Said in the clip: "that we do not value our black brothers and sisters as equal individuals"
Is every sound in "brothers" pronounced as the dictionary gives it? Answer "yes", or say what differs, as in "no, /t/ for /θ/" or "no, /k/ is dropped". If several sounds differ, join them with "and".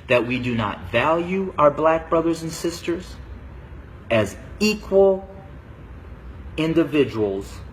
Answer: yes